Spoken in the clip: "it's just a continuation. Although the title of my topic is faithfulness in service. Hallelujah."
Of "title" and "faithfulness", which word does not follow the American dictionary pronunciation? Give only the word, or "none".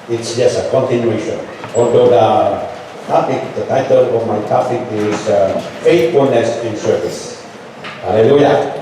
faithfulness